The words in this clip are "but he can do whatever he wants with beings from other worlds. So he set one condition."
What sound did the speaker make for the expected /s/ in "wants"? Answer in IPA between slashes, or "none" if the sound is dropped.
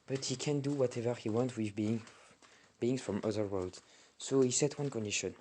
none